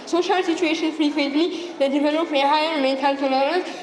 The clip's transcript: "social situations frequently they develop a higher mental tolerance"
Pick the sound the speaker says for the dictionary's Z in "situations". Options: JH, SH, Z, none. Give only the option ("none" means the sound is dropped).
none